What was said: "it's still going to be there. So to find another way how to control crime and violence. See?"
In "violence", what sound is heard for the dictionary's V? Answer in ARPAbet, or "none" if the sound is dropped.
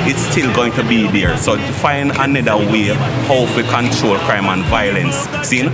V